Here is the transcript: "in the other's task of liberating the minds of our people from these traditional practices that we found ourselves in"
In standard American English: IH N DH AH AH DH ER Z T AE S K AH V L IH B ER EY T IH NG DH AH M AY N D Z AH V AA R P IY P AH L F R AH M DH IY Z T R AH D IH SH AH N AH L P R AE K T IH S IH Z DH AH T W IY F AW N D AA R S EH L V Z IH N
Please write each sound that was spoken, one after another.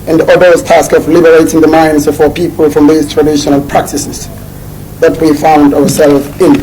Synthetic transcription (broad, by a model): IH N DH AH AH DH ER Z T AE S K AH V L IH B ER EY T IH NG DH AH M AY N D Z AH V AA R P IY P AH L F R AH M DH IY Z T R AH D IH SH AH N AH L P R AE K T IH S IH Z DH AH T W IY F AW N D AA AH S EH L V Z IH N